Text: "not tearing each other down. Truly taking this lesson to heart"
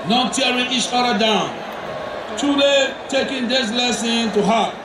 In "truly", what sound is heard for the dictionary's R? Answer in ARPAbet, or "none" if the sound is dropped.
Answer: none